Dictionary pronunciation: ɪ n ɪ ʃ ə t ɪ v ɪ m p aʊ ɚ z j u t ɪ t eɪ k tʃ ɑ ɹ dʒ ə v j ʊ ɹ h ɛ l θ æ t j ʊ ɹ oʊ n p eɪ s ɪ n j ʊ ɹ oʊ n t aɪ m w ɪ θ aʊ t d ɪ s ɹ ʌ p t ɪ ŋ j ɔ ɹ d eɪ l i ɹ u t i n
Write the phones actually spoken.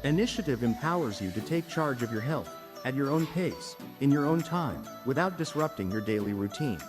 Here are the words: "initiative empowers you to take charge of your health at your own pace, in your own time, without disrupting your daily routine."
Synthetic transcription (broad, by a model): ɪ n ɪ ʃ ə t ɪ v ɪ m p aʊ ɚ z j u t ɪ t eɪ k tʃ ɑ ɹ dʒ ə v j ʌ ɹ h ɛ l θ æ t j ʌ ɹ oʊ n p eɪ s ɪ n j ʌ ɹ oʊ n t aɪ m w ɪ θ aʊ t d ɪ s ɹ ʌ p t ɪ ŋ j ɔ ɹ d eɪ l i ɹ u t i n